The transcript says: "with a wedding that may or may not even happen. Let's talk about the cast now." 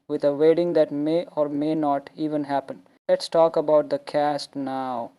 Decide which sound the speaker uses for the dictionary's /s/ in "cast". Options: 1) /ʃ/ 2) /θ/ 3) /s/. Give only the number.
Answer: 3